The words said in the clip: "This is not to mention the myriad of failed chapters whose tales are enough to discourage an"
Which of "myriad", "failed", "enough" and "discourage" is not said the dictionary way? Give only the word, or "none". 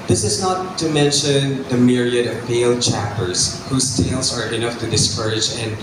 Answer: failed